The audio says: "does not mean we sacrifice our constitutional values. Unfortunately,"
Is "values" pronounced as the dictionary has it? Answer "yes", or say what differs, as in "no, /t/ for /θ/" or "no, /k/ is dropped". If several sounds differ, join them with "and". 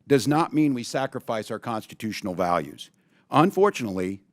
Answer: yes